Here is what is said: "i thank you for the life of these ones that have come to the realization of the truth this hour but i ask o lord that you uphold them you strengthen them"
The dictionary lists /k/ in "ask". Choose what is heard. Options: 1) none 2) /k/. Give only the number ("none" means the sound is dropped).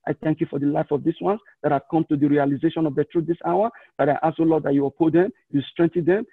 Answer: 1